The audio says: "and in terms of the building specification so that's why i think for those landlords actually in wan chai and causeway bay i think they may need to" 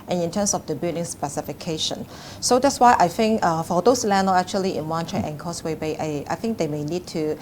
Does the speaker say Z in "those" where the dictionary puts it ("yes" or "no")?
no